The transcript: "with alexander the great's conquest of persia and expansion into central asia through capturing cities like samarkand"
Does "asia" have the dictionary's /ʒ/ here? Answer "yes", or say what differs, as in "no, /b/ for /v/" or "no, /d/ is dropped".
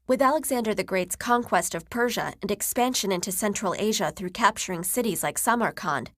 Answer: yes